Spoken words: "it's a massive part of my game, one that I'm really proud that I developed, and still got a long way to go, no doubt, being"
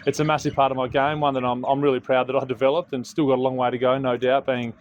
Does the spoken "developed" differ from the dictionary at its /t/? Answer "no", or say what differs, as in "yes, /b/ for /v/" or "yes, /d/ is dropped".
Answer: no